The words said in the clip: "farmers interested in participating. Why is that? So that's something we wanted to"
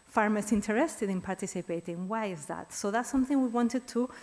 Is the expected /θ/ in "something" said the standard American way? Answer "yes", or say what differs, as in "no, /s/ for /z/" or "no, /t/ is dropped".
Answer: yes